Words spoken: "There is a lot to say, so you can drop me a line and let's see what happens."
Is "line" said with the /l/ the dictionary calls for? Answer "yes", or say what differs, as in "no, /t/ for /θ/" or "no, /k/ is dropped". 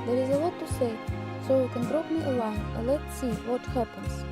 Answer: no, /w/ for /l/